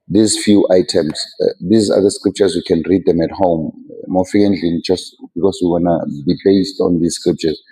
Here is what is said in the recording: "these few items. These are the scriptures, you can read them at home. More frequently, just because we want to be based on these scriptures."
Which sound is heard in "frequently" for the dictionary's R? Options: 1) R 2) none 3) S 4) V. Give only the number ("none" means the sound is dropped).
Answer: 2